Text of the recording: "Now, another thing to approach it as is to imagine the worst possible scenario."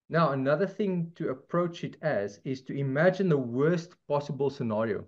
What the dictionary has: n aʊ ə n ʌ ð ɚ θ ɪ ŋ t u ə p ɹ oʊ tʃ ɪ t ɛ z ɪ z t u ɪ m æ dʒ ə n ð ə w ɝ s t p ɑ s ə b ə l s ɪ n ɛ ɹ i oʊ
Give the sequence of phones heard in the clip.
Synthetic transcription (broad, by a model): n aʊ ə n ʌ ð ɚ θ ɪ ŋ t u ə p ɹ oʊ tʃ ɪ t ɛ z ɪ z t u ɪ m æ dʒ ə n ð ə w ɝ s t p ɑ s ə b ə l s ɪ n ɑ ɹ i oʊ